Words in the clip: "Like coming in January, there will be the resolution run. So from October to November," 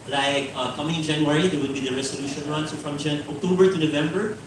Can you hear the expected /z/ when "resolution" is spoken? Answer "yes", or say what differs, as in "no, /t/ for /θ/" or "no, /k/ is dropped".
no, /s/ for /z/